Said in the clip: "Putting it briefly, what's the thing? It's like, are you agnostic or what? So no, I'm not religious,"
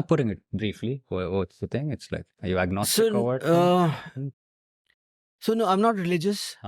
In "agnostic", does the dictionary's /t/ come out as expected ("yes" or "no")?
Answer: no